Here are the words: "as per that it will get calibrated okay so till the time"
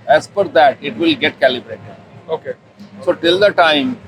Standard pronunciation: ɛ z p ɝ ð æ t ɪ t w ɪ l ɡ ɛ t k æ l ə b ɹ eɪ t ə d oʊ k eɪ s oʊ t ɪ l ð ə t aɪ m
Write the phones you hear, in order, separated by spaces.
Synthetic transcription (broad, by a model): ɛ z f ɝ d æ t ɪ t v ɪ l ɡ ɛ t k æ l ə b ɹ eɪ t ə d oʊ k eɪ s oʊ t ɪ l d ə t aɪ m